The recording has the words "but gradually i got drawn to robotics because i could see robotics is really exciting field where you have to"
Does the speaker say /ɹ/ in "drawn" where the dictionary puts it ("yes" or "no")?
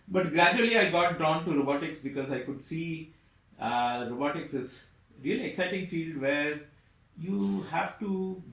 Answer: no